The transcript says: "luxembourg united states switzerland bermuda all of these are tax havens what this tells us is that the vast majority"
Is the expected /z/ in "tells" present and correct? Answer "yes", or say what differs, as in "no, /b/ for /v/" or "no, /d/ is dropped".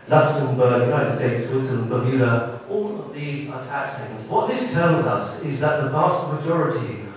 yes